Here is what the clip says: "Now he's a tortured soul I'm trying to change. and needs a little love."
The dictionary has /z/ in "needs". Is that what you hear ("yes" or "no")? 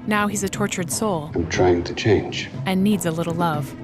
yes